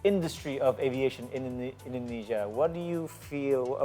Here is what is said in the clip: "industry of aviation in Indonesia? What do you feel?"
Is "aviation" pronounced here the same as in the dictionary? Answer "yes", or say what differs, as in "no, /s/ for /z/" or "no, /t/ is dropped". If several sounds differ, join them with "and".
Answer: yes